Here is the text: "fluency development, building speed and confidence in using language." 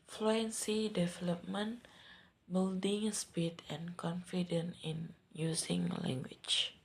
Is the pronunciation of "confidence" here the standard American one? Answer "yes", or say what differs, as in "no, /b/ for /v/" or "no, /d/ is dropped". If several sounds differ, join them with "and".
no, /s/ is dropped